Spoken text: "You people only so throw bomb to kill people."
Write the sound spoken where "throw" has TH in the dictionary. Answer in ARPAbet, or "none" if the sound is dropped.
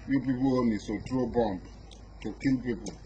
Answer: T